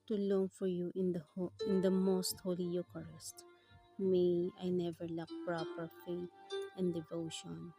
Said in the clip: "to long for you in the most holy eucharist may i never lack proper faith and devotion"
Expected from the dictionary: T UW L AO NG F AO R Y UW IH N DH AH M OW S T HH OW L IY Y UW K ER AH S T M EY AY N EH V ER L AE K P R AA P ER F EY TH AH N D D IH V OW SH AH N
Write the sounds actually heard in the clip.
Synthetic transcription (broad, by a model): T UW L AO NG F AO R Y UW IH N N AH M OW S T HH OW L IY Y UW K ER AH S T M EY AY N EH V ER L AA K P R AA P ER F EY T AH N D D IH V OW SH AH N